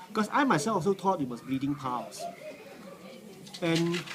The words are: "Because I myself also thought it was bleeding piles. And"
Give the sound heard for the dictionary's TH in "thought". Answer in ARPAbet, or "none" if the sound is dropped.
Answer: T